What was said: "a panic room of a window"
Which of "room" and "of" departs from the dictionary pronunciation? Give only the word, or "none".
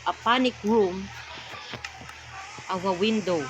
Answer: of